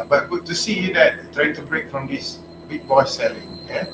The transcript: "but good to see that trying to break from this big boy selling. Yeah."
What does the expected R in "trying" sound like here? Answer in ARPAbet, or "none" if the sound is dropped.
R